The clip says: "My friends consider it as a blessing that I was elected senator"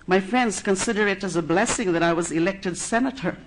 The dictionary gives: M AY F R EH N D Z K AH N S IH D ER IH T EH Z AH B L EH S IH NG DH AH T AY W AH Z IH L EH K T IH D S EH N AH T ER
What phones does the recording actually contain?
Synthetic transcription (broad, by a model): M AY F R EH N D Z K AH N S IH D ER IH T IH Z AH B L EH S IH NG DH AH T AY W AH Z IH L EH K T IH D S EH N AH T ER